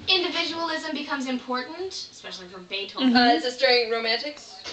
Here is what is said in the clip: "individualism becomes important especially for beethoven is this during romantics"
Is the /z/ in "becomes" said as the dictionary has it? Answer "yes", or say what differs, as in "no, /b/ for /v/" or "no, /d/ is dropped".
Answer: yes